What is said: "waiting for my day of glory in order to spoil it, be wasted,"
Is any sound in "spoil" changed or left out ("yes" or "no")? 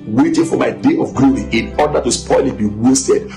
no